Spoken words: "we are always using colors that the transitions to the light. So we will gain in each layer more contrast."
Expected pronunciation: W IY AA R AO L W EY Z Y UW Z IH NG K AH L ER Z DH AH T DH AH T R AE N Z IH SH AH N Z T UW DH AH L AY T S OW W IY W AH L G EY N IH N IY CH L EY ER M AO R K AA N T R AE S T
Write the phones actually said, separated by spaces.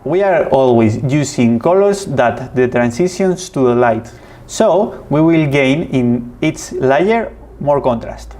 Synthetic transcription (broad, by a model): W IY AA R AO L W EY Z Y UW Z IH NG K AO L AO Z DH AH T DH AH T R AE N S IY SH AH N S T UW DH AH L AY T S OW W IY W AH L G EY N IH N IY S L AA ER M AO R K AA N T R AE S T